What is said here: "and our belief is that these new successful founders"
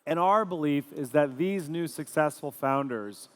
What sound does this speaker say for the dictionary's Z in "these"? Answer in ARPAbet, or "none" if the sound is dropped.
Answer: Z